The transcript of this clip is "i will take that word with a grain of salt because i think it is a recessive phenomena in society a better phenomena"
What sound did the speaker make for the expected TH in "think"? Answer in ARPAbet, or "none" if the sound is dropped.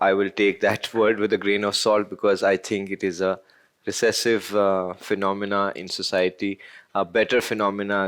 T